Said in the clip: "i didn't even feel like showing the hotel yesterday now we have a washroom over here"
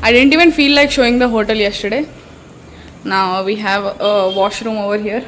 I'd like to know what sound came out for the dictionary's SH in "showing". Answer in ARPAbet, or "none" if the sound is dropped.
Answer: SH